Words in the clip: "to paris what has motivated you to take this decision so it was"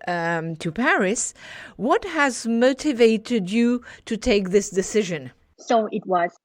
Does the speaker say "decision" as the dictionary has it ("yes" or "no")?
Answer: yes